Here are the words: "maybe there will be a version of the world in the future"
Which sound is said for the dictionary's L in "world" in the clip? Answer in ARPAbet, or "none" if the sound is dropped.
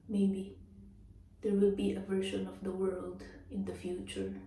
L